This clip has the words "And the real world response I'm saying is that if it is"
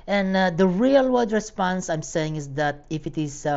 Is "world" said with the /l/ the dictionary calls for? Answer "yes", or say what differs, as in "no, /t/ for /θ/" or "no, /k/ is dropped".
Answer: no, /l/ is dropped